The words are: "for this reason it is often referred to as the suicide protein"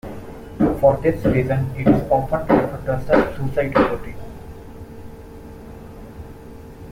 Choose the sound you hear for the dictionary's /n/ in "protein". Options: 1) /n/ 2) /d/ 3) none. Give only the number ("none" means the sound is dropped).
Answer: 3